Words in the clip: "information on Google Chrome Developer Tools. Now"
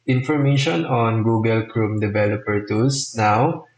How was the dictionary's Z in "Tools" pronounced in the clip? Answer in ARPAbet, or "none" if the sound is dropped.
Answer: S